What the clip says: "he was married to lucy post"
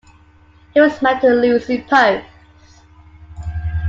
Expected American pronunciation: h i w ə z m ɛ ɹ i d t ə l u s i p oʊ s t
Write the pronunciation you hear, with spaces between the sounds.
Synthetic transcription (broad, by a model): h i w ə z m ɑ i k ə l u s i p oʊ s